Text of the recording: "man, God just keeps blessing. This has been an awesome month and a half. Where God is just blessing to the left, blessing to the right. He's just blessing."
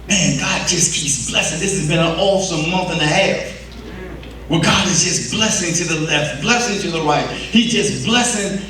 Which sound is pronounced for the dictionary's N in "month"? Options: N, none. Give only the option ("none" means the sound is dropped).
N